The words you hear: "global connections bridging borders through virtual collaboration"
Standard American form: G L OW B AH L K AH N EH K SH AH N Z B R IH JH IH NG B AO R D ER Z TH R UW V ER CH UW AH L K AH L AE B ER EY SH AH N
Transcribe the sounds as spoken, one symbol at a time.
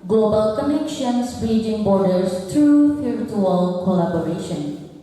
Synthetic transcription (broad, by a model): G L OW B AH L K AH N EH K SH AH N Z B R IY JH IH NG B AO R D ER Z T R UW F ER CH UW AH L K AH L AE B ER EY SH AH N